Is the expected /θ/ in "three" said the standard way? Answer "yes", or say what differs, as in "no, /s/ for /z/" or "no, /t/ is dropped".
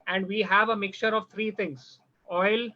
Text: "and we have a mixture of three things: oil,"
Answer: no, /t/ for /θ/